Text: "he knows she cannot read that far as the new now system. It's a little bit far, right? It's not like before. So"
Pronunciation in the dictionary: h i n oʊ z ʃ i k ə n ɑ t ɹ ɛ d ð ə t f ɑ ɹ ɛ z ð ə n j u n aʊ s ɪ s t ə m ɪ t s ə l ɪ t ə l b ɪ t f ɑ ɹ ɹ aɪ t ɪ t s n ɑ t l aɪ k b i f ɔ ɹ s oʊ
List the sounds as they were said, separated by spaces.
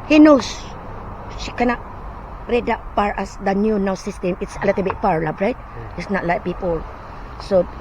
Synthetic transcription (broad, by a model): h i n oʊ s ʃ i k ə n ɑ t ɹ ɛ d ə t p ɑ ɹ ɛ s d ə n j u n aʊ s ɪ s t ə m ɪ t s ə l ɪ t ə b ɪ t p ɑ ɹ ɹ aɪ t ɪ t s n ɑ t l aɪ k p i p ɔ l s oʊ